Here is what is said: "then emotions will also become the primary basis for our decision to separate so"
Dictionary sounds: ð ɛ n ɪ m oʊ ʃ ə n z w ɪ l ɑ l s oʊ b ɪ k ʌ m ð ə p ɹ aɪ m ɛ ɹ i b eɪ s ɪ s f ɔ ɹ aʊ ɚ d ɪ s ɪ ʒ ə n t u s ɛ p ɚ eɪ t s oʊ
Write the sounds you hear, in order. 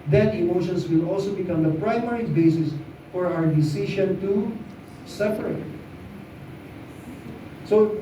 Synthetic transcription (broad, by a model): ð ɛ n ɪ m oʊ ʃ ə n s w ɪ l ɑ l s oʊ b ɪ k ʌ m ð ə p ɹ aɪ m ɛ ɹ i b eɪ s ɪ s f ɔ ɹ aʊ ɚ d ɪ s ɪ ʃ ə n t u s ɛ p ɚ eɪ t s oʊ